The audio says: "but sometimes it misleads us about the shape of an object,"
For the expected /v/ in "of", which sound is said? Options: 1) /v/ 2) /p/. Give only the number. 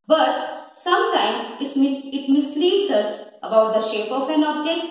2